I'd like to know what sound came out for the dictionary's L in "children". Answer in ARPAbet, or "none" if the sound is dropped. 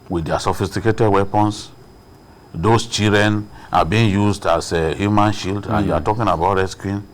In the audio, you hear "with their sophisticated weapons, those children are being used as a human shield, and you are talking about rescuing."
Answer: none